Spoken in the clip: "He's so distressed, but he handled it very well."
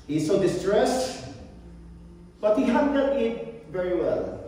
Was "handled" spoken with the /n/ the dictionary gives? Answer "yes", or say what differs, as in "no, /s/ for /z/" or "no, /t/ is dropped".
no, /n/ is dropped